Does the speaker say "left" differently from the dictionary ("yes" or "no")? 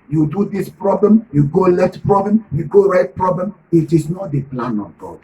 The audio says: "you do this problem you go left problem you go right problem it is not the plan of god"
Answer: yes